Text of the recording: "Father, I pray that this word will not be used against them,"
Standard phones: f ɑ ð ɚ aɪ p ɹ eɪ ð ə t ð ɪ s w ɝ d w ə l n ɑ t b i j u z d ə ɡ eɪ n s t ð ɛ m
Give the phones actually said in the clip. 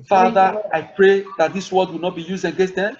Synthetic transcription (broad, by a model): f ɑ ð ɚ aɪ p ɹ eɪ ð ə t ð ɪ s w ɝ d w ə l n ɑ t b i j u z d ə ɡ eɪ s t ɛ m